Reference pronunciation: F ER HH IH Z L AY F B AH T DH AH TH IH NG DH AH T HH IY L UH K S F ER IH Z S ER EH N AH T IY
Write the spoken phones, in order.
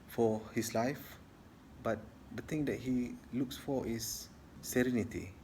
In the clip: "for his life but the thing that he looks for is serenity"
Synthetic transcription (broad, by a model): F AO HH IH S L AY F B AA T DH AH T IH NG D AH T HH IY L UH K S F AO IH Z S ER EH N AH T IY